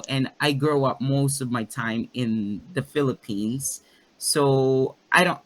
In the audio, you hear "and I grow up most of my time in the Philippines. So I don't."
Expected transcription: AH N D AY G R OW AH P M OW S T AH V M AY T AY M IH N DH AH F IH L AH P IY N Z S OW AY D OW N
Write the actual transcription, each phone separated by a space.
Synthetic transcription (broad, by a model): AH N AY G R OW AH P M OW S T AH V M AY T AY M IH N DH AH F IH L AH P IY N Z S OW AY D OW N